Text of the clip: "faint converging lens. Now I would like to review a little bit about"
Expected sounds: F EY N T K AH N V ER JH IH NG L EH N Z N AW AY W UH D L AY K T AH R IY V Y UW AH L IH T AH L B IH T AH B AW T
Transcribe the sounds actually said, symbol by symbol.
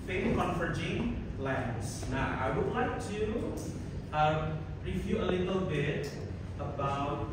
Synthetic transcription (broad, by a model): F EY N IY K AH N F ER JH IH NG L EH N S N AW AY W UH D L AY K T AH R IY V Y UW AH L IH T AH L B IH T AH B AW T